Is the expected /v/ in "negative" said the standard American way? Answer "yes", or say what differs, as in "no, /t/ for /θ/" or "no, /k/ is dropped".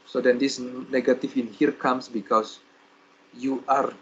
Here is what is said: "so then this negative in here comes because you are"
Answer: no, /f/ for /v/